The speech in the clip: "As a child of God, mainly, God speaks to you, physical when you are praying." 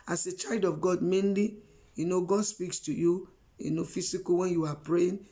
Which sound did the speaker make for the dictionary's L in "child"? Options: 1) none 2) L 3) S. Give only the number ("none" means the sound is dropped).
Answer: 2